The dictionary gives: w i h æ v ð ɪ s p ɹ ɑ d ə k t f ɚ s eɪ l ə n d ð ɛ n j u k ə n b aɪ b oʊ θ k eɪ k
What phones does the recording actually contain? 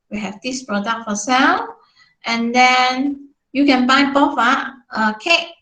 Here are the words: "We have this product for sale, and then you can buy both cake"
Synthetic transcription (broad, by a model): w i h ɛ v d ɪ s p ɹ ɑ d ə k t f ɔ s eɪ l ə n d ɛ n j u k ə n b aɪ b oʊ f k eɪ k